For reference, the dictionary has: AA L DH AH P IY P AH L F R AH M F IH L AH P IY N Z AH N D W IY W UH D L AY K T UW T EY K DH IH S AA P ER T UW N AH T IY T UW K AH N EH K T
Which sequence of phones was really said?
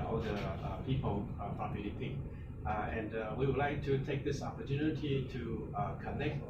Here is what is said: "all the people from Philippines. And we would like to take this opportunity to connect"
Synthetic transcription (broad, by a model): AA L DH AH P IY P AH L P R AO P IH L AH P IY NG AH N D W IY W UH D L AY K T UW T EY K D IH S AA P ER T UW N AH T IY T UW K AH N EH K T